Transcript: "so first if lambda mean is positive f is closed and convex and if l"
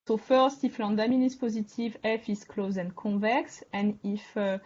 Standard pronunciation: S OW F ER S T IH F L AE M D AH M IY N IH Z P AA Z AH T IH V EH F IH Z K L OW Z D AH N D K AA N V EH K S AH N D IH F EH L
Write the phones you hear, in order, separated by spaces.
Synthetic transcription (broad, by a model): S OW F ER S T IH F L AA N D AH M IY N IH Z P AA Z AH T IH V EH F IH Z K L OW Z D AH N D K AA V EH K S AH N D IH F